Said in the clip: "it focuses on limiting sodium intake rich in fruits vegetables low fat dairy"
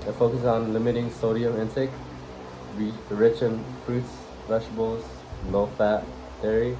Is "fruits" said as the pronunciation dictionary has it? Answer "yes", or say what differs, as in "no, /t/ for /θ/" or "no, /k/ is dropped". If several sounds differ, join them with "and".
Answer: yes